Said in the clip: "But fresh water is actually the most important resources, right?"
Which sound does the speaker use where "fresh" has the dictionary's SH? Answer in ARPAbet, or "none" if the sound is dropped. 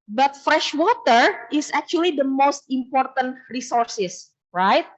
SH